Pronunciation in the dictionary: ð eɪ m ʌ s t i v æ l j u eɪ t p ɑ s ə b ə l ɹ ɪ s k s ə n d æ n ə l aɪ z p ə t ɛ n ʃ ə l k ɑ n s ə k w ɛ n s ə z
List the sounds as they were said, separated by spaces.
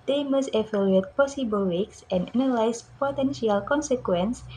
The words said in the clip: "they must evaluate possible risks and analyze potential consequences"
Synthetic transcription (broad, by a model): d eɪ m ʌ s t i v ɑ l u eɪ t p ɑ s ə b ə l w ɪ k s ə n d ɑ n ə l aɪ s p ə t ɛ n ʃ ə l k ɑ n s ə k w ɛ n s